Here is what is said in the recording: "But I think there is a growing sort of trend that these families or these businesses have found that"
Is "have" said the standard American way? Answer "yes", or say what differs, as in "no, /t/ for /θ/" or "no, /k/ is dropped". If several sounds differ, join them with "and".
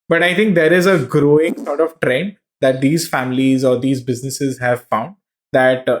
yes